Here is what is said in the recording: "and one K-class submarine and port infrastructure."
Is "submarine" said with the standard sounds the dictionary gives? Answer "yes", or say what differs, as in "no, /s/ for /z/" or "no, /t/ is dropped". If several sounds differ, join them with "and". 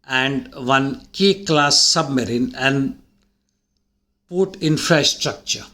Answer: yes